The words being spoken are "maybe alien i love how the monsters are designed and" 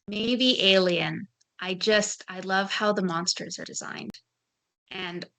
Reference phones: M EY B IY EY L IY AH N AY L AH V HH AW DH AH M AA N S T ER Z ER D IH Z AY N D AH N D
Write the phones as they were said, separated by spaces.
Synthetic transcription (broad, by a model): M EY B IY EY L IY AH N AY L AH V HH AW DH AH M AA N S T ER Z ER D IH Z AY N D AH N